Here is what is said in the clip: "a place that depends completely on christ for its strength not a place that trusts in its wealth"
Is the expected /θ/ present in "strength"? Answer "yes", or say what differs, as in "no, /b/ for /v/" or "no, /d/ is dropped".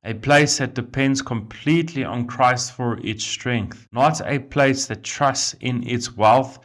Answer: yes